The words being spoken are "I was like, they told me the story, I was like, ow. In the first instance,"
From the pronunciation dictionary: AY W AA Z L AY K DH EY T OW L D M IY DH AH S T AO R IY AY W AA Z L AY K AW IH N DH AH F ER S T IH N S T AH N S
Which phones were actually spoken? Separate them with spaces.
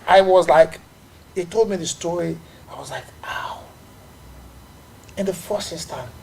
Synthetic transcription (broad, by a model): AY W AA Z L AY K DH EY T OW L D M IY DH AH S T AO R IY AY W AA Z L AY K AW IH N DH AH F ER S IH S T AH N